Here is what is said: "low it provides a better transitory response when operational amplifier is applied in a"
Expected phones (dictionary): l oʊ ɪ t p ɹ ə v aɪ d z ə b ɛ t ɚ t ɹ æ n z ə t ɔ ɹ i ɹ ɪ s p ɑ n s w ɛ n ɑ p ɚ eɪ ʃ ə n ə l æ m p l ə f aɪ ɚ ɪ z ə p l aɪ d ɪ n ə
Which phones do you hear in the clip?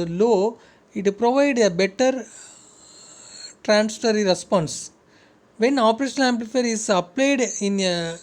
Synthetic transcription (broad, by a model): l oʊ ɪ t p ɹ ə v aɪ d ə b ɛ t ɚ t ɹ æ n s t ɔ ɹ i ɹ ɪ s p ɑ n s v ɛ n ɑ p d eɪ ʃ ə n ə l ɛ m p l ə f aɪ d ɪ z ə p l aɪ d ɪ n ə